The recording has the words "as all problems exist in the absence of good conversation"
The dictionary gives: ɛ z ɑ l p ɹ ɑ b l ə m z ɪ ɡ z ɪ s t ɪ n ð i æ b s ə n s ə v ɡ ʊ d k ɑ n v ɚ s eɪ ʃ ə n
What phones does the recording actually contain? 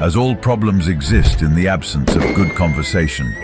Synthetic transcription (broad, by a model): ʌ z ɑ l p ɹ ɑ b l ə m z ɪ ɡ z ɪ s t ɪ n ð i æ b s ə n s ə v ɡ ʊ d k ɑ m v ɚ s eɪ ʃ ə n